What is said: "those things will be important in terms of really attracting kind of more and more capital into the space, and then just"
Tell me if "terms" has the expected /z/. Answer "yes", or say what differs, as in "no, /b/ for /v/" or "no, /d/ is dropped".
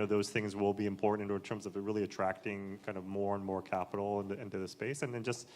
yes